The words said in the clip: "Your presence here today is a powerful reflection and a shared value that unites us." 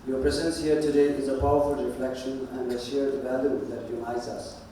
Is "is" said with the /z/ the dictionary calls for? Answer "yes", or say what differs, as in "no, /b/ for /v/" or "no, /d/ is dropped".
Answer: yes